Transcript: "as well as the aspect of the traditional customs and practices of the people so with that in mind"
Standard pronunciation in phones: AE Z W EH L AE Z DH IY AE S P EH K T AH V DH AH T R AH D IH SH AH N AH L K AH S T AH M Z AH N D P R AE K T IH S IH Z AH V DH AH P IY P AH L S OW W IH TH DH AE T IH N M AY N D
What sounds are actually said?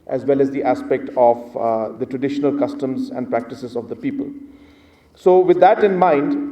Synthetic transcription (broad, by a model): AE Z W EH L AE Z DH IY AE S P EH K T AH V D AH T R AH D IH SH AH N AH L K AH S T AH M Z AH N D P R AE K T IH S IH Z AH V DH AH P IY P AH L S OW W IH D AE T IH N M AY N D